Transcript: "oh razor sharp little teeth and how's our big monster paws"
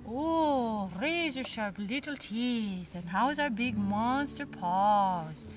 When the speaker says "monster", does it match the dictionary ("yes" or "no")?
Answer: no